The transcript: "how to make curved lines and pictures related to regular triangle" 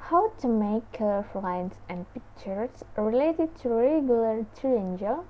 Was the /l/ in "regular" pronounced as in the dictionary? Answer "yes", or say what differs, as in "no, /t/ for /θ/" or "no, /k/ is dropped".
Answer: yes